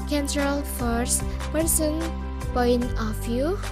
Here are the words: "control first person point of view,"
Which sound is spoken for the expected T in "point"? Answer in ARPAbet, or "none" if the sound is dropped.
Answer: none